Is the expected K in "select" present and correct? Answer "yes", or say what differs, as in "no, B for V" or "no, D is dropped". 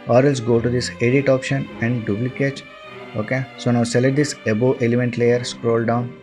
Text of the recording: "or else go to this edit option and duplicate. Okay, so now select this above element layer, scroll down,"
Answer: no, K is dropped